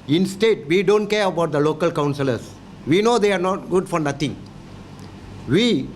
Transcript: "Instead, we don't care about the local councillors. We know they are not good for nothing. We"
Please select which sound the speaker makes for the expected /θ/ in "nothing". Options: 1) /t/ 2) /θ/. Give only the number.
1